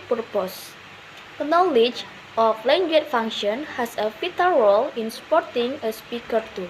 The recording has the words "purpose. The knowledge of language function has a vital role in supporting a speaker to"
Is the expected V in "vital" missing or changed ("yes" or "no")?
yes